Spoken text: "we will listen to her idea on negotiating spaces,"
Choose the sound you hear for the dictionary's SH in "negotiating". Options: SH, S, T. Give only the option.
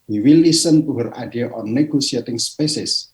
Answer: S